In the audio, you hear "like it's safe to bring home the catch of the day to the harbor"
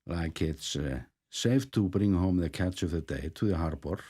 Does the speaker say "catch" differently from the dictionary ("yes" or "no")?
no